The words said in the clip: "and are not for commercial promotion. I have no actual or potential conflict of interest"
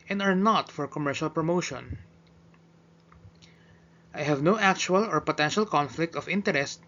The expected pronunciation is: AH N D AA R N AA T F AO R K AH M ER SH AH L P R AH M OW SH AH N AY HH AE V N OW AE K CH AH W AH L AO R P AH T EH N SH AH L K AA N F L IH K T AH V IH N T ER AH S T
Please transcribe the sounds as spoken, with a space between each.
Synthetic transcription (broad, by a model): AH N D AA R N AA T F AO R K AH M ER SH AH L P R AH M OW SH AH N AY HH AE V N OW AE K CH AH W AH L AO R P AH T EH N SH AH L K AA N F L IH K T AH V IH N T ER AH S T